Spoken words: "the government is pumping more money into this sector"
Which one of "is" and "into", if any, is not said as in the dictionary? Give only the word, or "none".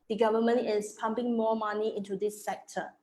is